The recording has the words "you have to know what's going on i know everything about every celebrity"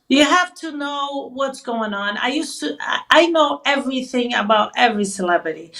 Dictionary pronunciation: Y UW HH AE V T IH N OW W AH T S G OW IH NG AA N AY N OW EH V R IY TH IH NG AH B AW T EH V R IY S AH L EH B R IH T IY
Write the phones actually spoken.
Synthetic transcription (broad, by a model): Y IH HH AE F T IH N OW W AH T S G OW IH NG AA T AY N OW EH V R IY TH IH NG AH B AW T EH V R IY S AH L EH B R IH T IY